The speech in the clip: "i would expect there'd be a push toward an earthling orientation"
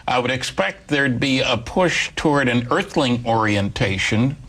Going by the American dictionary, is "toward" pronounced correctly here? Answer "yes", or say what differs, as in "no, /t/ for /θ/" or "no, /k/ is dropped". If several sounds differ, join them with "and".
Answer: yes